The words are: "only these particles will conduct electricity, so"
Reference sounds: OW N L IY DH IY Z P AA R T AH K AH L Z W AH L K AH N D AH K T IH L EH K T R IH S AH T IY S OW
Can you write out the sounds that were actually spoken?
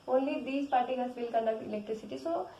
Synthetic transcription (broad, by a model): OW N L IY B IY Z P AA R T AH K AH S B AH L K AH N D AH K IH L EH K T R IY S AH T IY S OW